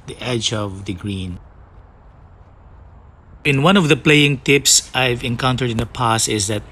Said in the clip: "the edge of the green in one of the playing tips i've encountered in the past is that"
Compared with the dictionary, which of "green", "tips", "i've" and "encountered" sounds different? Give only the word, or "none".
none